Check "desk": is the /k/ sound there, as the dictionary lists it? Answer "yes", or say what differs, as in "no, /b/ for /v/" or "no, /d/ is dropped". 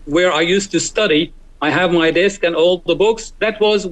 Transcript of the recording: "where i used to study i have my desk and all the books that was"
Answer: yes